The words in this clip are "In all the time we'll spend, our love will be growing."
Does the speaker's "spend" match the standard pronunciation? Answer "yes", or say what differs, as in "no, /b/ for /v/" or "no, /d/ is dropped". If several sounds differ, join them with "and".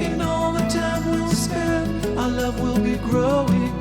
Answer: no, /d/ is dropped